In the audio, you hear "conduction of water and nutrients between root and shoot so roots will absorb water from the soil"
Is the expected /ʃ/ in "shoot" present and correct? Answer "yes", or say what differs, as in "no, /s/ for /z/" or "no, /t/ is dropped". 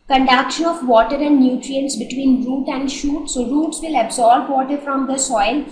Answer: yes